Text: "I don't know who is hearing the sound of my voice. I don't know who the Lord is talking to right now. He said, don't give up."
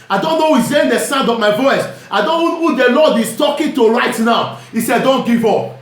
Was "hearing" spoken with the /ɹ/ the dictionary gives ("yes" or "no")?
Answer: no